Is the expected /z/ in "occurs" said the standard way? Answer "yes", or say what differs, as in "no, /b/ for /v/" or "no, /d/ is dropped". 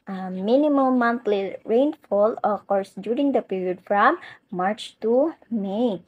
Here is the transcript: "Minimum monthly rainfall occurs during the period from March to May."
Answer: no, /s/ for /z/